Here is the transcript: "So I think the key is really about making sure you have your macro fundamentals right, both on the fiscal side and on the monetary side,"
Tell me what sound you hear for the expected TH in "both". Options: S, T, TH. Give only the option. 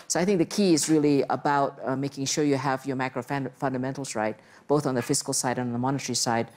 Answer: TH